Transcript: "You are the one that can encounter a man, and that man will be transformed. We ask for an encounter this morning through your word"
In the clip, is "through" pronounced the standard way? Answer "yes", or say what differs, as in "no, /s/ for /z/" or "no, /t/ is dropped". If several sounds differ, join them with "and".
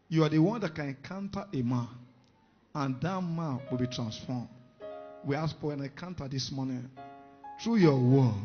no, /t/ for /θ/